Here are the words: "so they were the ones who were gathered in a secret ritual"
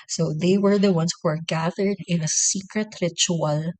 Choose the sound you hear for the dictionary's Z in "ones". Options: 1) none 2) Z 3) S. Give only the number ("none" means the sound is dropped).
3